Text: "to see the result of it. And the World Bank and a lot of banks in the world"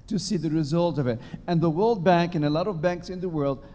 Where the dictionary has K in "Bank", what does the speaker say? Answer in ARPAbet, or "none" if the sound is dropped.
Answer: K